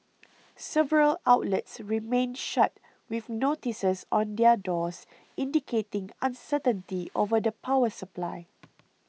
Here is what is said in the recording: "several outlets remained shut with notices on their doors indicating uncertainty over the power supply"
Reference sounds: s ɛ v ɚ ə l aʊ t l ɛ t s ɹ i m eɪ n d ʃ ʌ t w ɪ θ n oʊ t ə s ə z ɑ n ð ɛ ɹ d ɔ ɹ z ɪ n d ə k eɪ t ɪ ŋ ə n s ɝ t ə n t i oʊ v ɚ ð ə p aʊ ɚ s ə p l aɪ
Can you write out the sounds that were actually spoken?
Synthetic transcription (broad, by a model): s ɛ v ɚ ə l aʊ t l ɛ t s ɹ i m eɪ n ʃ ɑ t w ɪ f n oʊ t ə s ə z ɑ n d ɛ d ɔ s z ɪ n d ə k eɪ t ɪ ŋ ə n s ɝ t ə n t i oʊ v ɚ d ə p aʊ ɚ s ə p l aɪ